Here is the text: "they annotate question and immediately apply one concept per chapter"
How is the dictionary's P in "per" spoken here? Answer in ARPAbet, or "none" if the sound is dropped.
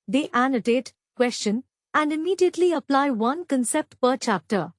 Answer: P